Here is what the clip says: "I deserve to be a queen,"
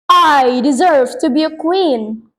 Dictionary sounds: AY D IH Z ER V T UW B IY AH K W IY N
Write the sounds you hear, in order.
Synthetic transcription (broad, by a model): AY D IH Z ER V T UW B IY AH K W IY N